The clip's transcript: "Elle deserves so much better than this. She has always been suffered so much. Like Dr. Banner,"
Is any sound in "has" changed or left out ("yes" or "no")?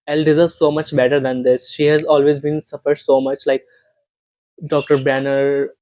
no